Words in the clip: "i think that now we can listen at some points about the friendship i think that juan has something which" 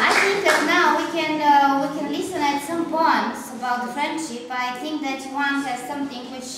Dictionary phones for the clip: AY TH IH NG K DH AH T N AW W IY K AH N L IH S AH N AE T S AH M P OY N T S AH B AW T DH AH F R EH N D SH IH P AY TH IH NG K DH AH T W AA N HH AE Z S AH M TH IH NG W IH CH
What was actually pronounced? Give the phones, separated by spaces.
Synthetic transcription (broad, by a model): AY TH IH NG K DH AH T N AW W IY K AH N L IH S AH N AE T S AH M B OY N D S AH B AW T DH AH F R EH N D SH IH P AY TH IH NG K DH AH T W AA N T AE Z S AH M TH IH NG W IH CH